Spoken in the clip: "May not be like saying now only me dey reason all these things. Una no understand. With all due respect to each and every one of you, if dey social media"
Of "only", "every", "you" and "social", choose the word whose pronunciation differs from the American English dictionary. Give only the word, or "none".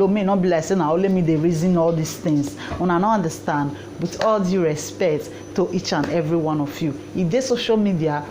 only